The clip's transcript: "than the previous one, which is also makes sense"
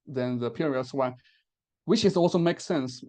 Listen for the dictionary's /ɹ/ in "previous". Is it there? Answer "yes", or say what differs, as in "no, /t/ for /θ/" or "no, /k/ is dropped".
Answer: no, /ɹ/ is dropped